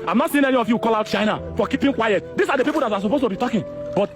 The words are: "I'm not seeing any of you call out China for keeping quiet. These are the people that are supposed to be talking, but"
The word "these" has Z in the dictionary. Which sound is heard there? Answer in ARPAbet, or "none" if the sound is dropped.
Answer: S